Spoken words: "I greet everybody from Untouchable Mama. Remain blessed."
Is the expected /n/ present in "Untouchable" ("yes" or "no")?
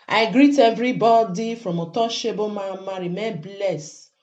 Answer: no